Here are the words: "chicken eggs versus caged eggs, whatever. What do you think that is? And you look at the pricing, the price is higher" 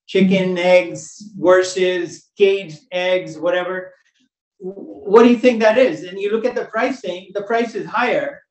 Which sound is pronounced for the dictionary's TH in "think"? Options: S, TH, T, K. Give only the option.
TH